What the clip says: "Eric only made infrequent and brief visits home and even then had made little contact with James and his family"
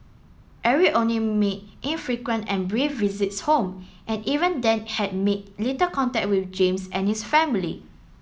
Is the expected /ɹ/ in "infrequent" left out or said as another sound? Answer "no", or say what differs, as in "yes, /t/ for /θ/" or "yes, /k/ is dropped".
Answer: no